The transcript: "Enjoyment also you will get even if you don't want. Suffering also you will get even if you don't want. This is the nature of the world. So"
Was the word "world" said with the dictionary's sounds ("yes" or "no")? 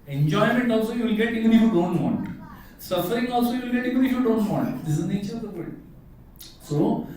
no